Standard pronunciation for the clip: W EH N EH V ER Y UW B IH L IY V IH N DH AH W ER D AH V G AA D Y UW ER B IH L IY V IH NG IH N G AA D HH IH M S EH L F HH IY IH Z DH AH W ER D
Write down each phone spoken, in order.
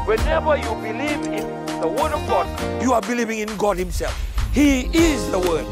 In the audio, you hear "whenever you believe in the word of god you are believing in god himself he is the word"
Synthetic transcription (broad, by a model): W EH N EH V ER Y UW B IH L IY V IH N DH AH W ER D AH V G AA D Y UW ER B IH L IY V IH NG IH N G AA D HH IH M S EH L F HH IY IH Z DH AH W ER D